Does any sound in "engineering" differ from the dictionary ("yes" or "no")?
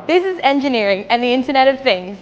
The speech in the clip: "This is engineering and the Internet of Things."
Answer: no